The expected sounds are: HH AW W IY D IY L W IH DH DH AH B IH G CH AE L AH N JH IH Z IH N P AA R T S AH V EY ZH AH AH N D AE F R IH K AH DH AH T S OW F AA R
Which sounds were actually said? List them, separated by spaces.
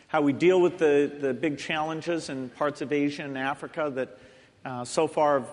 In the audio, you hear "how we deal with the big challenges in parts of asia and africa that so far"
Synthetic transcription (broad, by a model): HH AW W IY D IY L W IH DH DH AH B IH G CH AE L AH N JH IH Z IH N P AA R T S AH V EY ZH AH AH N AE F R IH K AH DH AH T S OW F AA R